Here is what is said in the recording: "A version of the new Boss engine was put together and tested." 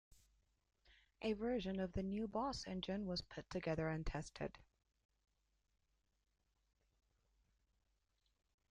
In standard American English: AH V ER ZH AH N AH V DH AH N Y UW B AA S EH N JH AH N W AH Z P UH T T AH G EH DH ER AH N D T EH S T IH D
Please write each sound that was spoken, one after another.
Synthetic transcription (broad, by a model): AH V ER ZH AH N AH V DH AH N Y UW B AA S EH N JH AH N W AH Z P UH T T AH G EH DH ER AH N T EH S T IH D